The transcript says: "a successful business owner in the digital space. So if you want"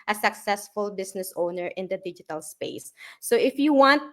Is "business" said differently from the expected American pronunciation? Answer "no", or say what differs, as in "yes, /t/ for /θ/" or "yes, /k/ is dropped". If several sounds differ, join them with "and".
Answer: yes, /s/ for /z/